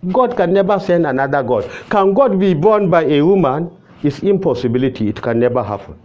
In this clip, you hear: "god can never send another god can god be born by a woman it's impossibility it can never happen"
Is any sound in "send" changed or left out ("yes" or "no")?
no